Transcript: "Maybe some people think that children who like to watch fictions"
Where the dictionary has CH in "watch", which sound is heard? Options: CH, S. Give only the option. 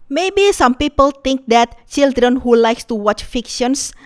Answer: CH